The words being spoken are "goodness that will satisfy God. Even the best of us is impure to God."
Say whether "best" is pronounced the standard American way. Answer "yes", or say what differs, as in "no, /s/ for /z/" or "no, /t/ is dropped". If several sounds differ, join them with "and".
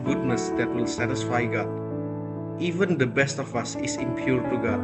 yes